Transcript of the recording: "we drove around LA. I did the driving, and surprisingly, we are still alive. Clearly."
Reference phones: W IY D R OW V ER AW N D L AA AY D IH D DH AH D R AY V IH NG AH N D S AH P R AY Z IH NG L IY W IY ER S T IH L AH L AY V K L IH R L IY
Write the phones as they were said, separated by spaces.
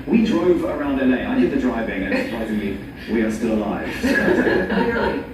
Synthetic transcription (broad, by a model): W IY D R OW V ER AW N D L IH AY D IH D DH AH D R AY V IH NG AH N S AH P R AY Z IH NG L IY W IY ER S T IH L AH L AY V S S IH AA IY